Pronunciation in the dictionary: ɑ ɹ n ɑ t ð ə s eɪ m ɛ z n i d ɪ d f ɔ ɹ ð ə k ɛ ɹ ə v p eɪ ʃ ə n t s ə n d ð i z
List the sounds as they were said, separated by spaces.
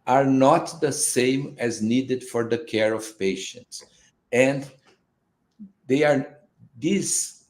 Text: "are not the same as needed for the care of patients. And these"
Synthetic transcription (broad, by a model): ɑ ɹ n ɑ t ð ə s eɪ m ɛ z n i d ɪ d f ɔ ɹ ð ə k ɛ ɹ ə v p eɪ ʃ ə n t s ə n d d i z